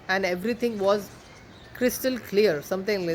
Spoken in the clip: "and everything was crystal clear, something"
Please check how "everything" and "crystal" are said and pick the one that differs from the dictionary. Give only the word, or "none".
everything